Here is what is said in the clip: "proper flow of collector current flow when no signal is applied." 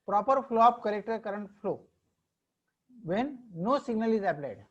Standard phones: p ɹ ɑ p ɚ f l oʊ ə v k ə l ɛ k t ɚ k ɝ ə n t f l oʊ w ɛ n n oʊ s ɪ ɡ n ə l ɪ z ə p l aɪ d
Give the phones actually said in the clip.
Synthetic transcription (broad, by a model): p ɹ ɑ p ɚ f l oʊ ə p k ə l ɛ k t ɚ k ɝ ə n t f l oʊ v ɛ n n oʊ s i ɡ n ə l ɪ z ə p l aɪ d